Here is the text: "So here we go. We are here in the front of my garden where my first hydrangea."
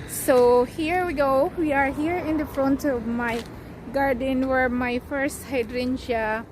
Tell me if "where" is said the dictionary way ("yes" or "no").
yes